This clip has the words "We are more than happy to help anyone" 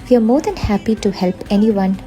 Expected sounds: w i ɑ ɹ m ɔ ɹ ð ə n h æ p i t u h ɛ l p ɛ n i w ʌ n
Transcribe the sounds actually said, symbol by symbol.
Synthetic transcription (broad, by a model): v i ɑ ɹ m ɔ ɹ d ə n h æ p i t u h ɛ l p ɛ n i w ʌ n